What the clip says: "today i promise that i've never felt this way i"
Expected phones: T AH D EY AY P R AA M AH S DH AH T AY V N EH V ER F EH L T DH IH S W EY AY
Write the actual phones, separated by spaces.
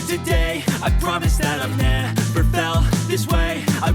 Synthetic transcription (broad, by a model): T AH D EY AY P R AA M AH S DH AH T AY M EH P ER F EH L DH IH S W EY AY